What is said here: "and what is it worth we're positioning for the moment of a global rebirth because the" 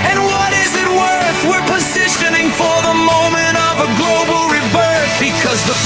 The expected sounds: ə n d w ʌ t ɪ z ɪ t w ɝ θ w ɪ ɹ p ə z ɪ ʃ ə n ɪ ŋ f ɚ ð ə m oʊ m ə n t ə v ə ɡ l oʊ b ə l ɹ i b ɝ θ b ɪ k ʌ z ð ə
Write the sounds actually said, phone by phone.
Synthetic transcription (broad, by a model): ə n w ʌ t ɪ z ɪ t w ɝ θ w ɪ ɹ p ə z ɪ ʃ ə n ɪ ŋ f ɚ ð ə m oʊ m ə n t ə v ə ɡ l oʊ b l ɹ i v ɝ s b ɪ k ʌ z ð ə